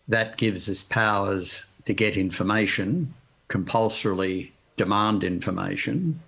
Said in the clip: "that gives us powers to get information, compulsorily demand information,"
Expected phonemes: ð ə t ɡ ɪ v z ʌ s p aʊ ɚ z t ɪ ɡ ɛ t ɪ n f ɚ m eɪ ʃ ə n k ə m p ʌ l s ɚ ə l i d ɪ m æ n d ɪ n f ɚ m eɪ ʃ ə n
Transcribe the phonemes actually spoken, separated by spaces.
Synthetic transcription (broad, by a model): ð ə t ɡ ɪ v z ʌ s p aʊ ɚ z t ɪ ɡ ɛ t ɪ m f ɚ m eɪ ʃ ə n k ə m p ʌ l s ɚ l i d ɪ m æ n d ɪ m f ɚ m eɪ ʃ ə n